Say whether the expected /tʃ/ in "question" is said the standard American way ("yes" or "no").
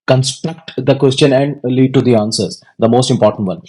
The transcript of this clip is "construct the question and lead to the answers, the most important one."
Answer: yes